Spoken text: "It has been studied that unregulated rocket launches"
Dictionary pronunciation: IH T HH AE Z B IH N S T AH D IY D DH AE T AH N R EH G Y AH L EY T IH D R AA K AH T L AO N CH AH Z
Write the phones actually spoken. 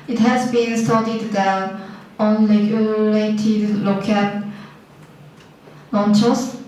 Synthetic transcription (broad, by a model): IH T HH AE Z B IH N S T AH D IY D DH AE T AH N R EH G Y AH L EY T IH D L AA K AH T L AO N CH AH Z